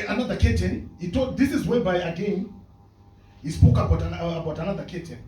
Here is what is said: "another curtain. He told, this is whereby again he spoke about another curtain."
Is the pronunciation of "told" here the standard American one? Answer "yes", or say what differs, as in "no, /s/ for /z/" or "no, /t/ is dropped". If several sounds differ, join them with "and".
no, /l/ is dropped